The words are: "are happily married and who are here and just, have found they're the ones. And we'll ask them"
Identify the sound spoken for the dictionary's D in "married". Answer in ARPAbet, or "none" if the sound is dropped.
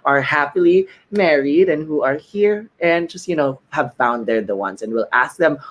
D